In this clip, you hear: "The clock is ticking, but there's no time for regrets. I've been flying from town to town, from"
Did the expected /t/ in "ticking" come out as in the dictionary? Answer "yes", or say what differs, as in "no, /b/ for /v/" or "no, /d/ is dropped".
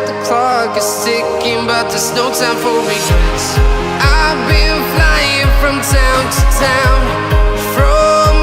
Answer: no, /s/ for /t/